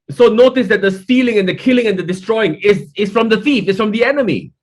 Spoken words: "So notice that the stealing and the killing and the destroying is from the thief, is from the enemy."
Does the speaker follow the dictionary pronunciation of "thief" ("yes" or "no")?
no